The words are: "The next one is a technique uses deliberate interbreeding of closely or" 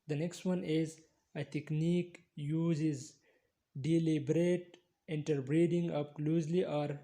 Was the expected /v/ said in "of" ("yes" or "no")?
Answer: no